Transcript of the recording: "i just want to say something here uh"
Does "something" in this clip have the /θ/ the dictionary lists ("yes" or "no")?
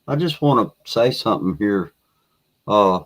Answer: yes